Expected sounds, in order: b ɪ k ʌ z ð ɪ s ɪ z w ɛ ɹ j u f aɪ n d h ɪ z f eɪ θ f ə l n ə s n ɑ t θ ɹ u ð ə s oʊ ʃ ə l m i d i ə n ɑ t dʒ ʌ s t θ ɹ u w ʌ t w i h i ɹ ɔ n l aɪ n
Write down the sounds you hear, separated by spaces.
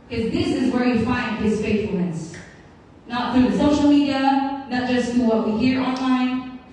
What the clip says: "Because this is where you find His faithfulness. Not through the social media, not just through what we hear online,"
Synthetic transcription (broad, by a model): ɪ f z ð ɪ s ɪ z w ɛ ɹ j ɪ f aɪ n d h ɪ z f eɪ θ f l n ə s n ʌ t θ ɹ u ð ə s oʊ ʃ l m i d i ə n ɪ t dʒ ʌ s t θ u w ʌ t w i h i ɹ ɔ n l aɪ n